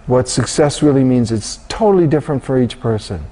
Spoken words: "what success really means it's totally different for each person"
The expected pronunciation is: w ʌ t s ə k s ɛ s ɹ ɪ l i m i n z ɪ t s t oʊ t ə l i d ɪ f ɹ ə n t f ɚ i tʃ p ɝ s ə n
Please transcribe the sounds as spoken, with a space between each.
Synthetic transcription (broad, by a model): w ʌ t s ə k s ɛ s ɹ ɪ l i m i n z ɪ t s t oʊ t l i d ɪ f ɹ ə n t f ɚ i tʃ p ɝ s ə n